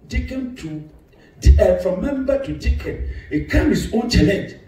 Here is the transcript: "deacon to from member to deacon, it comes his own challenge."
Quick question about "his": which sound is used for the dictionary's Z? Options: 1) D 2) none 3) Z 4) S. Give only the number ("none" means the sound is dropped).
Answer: 4